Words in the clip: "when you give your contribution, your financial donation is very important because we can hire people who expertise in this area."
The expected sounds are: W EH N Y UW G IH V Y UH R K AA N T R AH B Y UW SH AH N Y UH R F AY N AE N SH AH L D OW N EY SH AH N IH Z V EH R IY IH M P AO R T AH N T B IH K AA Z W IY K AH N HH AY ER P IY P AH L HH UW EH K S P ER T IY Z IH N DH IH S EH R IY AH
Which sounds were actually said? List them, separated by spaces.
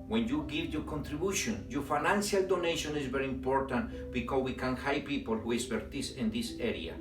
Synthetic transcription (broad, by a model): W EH N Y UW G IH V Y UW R K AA N T R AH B Y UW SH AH N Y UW F AY N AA N S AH L D OW N EY SH AH N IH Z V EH R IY IH M P AO R T AH N T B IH K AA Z W IY K AH N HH AY P IY P AH L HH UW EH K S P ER T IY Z IH N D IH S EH R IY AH